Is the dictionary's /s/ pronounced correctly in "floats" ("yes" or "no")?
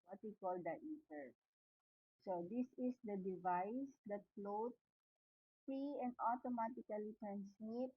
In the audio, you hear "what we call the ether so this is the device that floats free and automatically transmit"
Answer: no